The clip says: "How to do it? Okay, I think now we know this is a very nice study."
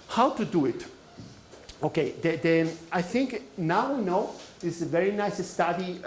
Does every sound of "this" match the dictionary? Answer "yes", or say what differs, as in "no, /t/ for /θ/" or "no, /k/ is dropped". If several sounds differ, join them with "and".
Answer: no, /s/ is dropped